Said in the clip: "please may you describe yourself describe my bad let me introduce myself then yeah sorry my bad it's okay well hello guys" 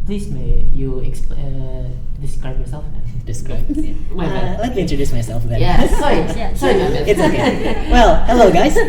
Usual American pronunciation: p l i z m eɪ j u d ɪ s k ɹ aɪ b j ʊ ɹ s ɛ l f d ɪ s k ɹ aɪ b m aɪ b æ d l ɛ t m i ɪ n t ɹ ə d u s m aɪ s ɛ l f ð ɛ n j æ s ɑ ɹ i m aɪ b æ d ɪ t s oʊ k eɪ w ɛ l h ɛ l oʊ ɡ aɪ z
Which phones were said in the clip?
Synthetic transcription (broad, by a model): p l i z m eɪ j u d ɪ s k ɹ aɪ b j ʊ ɹ s ɛ l f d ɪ s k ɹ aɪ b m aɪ l ɛ t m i ɪ n t ɹ ə d u s m aɪ s ɛ l f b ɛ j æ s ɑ i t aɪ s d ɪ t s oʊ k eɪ w ɛ l h ɛ l oʊ ɡ aɪ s